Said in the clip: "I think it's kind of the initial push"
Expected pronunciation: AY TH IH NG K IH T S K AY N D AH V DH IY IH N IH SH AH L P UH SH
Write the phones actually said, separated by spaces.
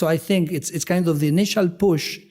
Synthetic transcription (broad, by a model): AY TH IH NG K IH T S K AY N D AH V DH IY IH N IH SH AH L P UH SH